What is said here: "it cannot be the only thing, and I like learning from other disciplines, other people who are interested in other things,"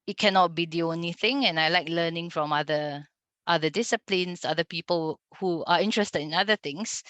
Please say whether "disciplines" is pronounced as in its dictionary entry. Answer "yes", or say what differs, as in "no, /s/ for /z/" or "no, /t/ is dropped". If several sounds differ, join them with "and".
no, /s/ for /z/